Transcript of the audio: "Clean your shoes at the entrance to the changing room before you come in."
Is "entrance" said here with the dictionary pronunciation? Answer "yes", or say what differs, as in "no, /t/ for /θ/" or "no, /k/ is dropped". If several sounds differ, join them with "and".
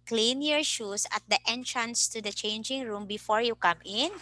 yes